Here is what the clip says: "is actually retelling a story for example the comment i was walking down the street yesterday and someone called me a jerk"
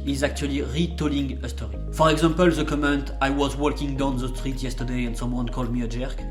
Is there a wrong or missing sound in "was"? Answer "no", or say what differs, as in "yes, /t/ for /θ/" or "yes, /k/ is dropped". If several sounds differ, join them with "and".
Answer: no